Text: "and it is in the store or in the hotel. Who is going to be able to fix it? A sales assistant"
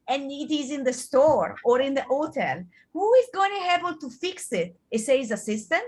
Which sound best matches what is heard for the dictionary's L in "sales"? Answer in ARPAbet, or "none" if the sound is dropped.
none